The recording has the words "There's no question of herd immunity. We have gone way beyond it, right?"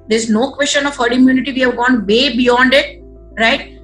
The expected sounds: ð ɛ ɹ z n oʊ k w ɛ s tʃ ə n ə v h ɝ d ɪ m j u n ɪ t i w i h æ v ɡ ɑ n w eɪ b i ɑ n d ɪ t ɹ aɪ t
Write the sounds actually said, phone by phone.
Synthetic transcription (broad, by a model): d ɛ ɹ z n oʊ k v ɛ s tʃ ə n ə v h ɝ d ɪ m j u n ɪ t i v i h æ v ɡ ɑ n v eɪ b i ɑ n d ɪ t ɹ aɪ t